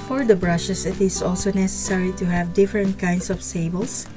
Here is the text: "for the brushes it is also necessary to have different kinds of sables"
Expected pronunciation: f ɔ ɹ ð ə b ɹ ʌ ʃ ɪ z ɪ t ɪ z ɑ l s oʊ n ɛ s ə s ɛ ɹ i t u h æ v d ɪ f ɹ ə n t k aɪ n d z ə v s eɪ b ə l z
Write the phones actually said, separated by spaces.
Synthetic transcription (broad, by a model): f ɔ ɹ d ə b ɹ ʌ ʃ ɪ s ɪ t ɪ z ɑ l s oʊ n ɛ s ə s ɛ ɹ i t u h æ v d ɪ f ɹ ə n t k aɪ n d s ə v s eɪ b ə l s